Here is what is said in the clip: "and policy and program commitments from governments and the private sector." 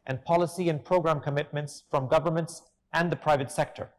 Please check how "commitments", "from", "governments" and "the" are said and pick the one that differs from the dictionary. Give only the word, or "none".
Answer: none